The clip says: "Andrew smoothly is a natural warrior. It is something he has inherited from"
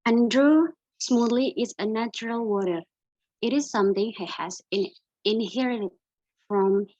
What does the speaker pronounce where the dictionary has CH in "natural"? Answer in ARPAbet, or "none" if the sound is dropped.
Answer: CH